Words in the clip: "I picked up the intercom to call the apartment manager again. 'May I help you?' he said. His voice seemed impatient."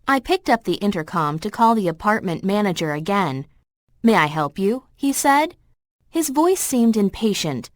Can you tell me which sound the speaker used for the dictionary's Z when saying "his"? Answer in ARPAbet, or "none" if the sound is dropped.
Z